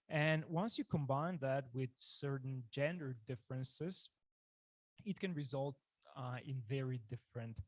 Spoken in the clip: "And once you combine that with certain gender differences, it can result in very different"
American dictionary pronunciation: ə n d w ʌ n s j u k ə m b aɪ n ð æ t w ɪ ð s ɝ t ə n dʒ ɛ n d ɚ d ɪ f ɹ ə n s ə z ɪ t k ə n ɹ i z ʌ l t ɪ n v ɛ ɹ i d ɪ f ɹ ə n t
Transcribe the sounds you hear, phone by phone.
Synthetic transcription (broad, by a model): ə n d w ʌ n s j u k ə m b aɪ n ð æ t w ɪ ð s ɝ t n dʒ ɛ n d ɚ d ɪ f ɹ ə n s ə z ɪ t k ə n ɹ i z ʌ l t ɪ n v ɛ ɹ i d ɪ f ɹ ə n t